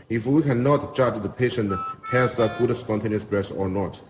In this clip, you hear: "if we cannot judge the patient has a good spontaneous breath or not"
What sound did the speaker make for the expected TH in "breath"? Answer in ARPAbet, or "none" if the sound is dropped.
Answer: S